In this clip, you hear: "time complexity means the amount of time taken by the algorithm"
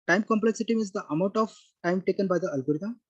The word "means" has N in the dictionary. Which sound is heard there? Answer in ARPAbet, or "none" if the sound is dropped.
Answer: none